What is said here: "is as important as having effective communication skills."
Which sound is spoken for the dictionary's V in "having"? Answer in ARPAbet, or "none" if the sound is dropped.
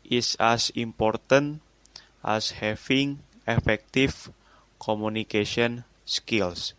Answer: F